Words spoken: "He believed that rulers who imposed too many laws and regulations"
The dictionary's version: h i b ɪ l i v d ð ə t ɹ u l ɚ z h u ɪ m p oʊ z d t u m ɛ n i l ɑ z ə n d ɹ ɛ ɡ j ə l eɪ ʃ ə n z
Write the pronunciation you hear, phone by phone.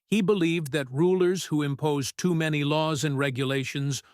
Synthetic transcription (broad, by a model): h i b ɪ l i v ð ə t ɹ u l ɚ z h u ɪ m p oʊ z t u m ɛ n i l ɑ z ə n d ɹ ɛ ɡ j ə l eɪ ʃ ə n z